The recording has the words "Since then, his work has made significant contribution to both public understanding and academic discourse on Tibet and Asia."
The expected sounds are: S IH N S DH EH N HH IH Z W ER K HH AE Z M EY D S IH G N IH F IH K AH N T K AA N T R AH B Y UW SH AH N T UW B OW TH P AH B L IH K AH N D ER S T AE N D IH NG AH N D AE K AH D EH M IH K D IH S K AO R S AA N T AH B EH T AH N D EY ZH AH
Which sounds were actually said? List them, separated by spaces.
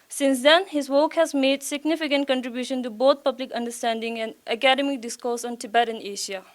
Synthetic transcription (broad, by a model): S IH N S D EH N HH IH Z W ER K HH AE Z M EY D S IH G N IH F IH K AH N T K AA N T R AH B Y UW SH AH N T UW B OW T P AH B L IH K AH N D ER S T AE N D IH NG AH N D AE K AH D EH M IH K D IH S K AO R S AA N T AH B EH T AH N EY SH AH